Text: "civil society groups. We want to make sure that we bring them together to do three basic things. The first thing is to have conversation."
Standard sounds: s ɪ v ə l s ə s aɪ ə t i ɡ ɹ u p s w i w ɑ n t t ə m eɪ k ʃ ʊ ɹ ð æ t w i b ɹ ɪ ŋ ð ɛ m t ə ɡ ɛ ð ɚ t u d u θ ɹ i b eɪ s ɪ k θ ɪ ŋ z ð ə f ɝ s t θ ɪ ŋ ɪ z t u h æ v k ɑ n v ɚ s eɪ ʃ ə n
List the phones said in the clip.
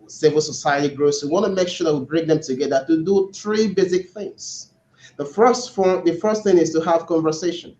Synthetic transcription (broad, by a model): s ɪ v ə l s ə s aɪ ə t i ɡ ɹ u s w i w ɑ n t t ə m eɪ k ʃ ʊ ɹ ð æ t w i b ɹ ɪ ŋ ð ɛ m t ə ɡ ɛ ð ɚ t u d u θ ɹ i b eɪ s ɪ k θ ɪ ŋ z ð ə f ɝ s t θ ɪ ŋ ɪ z t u h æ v k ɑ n v ɚ s eɪ ʃ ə n